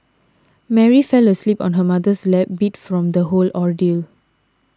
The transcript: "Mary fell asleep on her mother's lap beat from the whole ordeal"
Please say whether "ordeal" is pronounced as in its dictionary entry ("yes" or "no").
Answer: yes